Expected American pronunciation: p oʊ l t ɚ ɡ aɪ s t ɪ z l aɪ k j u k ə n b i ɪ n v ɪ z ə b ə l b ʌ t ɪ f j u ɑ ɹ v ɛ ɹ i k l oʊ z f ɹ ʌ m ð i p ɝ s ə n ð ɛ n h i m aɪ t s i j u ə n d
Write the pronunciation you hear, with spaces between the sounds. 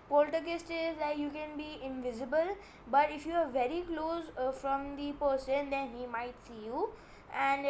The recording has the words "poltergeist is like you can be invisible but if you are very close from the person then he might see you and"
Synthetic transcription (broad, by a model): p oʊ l t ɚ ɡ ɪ s t ɪ z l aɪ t j u k ə n b i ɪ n v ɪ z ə b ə l b ʌ t ɪ f j u ɑ ɹ v ɛ ɹ i k l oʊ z f ɹ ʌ m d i p ɝ s ə n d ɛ n h i m aɪ t s i j u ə n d